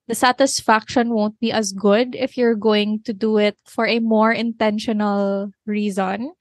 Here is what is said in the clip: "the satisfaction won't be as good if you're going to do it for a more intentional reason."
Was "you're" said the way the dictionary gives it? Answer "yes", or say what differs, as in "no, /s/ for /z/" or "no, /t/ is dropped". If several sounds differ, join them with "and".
yes